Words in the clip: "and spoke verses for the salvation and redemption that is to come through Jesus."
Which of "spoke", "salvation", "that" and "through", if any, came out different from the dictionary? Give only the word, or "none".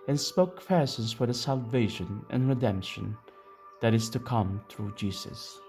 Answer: none